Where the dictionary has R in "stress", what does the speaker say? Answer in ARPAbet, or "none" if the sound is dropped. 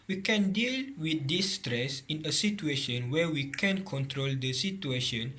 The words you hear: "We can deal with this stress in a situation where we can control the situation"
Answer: R